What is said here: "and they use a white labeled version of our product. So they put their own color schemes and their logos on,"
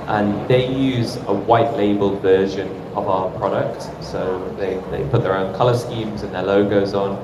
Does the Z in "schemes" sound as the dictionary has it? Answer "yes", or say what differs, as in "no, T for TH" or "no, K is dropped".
yes